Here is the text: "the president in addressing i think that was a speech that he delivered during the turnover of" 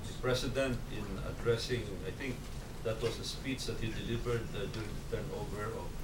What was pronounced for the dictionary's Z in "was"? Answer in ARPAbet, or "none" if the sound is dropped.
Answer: S